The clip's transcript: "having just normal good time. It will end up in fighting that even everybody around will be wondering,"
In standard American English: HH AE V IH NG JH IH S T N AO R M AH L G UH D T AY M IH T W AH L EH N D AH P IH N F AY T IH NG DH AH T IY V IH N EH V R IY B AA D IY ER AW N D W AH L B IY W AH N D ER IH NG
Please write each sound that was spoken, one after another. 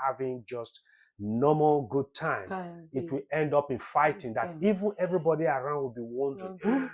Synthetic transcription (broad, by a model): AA V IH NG JH IH S T N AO M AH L G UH D T AY M IH T W AH L EH N D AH P IH N F AY T IH NG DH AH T IY V IH N EH V R IY B AA D IY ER AW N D W AH L B IY W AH N D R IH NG